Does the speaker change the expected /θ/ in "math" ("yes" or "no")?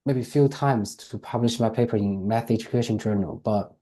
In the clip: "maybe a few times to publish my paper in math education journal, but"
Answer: no